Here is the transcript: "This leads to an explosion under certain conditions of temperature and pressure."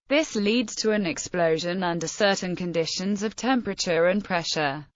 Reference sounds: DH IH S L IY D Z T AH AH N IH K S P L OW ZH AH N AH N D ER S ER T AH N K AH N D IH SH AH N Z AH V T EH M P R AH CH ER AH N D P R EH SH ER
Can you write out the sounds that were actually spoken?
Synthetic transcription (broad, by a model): DH IH S L IY D Z T AH AH N IH K S P L OW ZH AH N AH N D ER S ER T N K AH N D IH SH AH N Z AH V T EH M P R AH CH ER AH N P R EH SH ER